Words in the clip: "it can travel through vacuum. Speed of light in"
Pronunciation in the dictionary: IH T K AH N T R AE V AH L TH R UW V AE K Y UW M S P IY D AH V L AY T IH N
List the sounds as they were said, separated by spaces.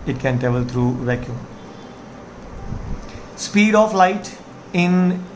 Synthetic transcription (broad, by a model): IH T K AH N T EH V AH L T R UW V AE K Y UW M S P IY D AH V L AY T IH N